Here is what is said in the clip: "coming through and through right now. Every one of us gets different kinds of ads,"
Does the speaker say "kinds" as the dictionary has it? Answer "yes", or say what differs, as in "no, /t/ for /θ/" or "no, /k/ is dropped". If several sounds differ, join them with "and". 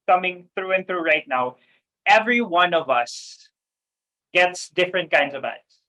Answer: yes